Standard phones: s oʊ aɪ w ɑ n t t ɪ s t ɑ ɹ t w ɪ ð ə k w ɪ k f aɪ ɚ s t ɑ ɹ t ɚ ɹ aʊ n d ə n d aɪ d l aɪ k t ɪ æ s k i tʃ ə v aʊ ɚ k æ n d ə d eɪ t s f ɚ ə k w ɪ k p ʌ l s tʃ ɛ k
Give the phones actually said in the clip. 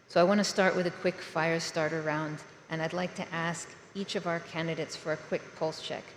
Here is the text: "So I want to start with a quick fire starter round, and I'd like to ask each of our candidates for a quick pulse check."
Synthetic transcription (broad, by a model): s oʊ aɪ w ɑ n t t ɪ s t ɑ ɹ t w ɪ ð ə k w ɪ k f aɪ ɚ s t ɑ ɹ t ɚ ɹ aʊ n d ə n aɪ d l aɪ k t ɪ æ s k i tʃ ə v aʊ ɚ k æ n d ə d eɪ t s f ɚ ə k w ɪ k p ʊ l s tʃ ɛ k